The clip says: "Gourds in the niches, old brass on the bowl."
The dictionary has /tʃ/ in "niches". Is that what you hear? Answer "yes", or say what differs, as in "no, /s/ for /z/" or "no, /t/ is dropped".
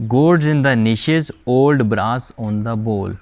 no, /ʃ/ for /tʃ/